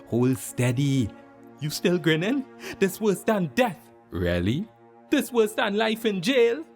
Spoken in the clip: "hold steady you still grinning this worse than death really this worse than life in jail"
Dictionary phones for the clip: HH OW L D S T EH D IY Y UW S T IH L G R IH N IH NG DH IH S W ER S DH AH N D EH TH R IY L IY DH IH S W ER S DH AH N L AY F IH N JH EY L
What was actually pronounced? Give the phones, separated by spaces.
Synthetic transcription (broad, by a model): HH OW L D S T EH D IY Y UW S T IH L G R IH N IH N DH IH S W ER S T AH N D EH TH R IY L IY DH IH S W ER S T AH N L AY F IH N JH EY L